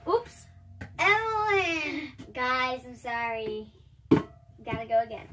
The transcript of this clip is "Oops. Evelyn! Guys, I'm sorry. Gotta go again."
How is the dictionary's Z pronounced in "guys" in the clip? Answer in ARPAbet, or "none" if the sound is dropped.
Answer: Z